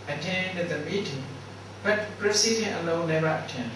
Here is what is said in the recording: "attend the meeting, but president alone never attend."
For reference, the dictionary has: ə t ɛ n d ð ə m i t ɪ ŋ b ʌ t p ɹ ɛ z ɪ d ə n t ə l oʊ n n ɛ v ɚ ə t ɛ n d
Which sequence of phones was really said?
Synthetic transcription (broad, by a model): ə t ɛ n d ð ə m i t ɪ ŋ b ʌ t p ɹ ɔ s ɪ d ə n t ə l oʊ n n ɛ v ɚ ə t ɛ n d